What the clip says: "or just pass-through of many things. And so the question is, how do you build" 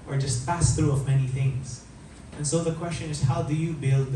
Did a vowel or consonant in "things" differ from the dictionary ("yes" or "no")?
no